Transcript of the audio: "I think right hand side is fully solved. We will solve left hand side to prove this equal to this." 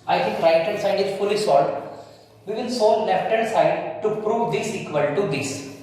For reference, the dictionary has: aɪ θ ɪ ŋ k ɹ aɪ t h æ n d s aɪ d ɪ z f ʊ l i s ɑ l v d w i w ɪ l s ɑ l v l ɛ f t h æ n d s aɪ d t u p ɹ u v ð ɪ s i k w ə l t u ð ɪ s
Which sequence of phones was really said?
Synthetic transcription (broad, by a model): aɪ t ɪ ŋ k ɹ aɪ t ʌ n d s aɪ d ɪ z f ʊ l i s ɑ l d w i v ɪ n s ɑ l l ɛ f t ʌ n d s aɪ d t u p ɹ u v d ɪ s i k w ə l t u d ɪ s